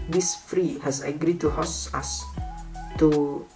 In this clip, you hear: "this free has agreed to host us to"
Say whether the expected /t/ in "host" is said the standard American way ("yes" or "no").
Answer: no